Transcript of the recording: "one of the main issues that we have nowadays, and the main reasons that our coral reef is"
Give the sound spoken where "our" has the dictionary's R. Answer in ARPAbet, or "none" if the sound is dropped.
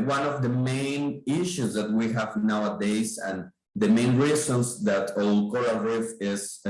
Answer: L